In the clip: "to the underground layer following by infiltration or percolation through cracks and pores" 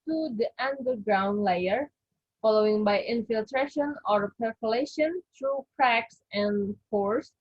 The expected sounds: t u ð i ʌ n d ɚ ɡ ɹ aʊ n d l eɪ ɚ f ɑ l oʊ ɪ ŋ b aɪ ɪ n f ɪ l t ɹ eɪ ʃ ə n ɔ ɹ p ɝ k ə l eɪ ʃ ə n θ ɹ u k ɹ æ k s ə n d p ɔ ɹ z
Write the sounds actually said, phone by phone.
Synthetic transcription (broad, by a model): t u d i ʌ n d ɚ ɡ ɹ aʊ n d l eɪ ɚ f ɑ l oʊ ɪ ŋ b aɪ ɪ n f ɪ l t ɹ eɪ ʃ ə n ɔ ɹ p ɝ k ə l eɪ ʃ ə n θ ɹ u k ɹ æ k s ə n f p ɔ ɹ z